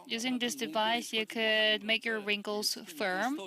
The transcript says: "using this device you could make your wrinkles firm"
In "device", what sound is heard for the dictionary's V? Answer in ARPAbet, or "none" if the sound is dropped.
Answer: V